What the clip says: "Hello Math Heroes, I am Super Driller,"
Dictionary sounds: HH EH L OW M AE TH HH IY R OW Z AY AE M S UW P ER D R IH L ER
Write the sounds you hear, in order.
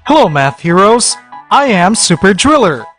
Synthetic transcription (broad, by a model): HH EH L OW M AE TH HH IY R OW Z AY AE M S UW P ER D R IH L ER